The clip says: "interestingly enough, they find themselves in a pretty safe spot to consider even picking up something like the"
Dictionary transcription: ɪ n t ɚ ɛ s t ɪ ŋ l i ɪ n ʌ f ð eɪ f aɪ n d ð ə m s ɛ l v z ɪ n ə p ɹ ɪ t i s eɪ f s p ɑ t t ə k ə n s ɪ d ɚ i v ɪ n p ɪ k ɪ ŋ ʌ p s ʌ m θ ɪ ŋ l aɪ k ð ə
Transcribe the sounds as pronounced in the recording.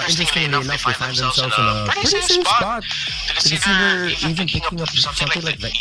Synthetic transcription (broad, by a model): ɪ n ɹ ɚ s t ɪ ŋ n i ɪ n ʌ f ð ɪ f aɪ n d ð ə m s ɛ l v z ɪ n ə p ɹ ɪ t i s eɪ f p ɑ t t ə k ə s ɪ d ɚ i v ɪ n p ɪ k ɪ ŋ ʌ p s ʌ m θ ɪ ŋ l aɪ k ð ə